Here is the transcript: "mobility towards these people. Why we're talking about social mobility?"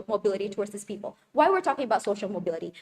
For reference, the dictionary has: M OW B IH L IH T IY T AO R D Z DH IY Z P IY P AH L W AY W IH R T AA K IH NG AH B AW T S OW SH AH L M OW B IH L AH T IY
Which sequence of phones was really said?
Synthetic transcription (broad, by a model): M OW B IH L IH T IY T AO R D Z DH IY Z P IY P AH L W AY W IH R T AA K IH NG AH B AW T S OW SH L M OW B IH L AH T IY